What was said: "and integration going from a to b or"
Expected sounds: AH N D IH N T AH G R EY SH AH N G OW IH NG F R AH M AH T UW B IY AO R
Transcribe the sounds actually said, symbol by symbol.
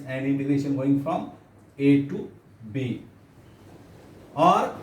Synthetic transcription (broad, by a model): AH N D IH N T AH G EY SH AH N G OW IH NG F R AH M AH T UW B IY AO R